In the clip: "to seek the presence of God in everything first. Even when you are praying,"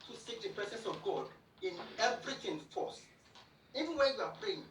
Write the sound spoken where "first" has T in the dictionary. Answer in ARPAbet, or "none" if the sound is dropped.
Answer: none